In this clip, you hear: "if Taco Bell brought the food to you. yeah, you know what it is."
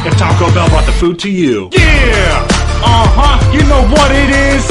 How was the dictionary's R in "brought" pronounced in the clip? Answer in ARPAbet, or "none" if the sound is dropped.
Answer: none